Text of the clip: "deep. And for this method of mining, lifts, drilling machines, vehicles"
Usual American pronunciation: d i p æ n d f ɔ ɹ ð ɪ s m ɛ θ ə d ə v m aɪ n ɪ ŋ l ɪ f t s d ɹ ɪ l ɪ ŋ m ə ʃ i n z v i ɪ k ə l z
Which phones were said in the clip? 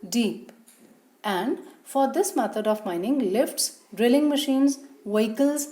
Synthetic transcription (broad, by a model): d i p æ n d f ɔ ɹ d ɪ s m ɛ t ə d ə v m aɪ n ɪ ŋ l ɪ f t s d ɹ ɪ l ɪ ŋ m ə ʃ i n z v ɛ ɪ k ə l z